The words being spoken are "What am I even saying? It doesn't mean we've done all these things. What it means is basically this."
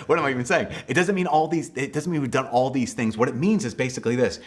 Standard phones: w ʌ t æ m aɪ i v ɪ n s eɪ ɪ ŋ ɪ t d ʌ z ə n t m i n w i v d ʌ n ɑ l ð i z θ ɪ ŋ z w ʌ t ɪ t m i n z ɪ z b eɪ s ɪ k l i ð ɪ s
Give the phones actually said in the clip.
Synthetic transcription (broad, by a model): w ʌ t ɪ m aɪ i v ɪ n s eɪ ɪ ŋ ɪ t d ʌ z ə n t m i n w i v d ʌ n ɑ l ð i z θ ɪ ŋ z w ʌ t ɪ t m i n z ɪ z b eɪ s ɪ k l i ð ɪ s